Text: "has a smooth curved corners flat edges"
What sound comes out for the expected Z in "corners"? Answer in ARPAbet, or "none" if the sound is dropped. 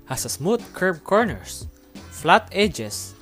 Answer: S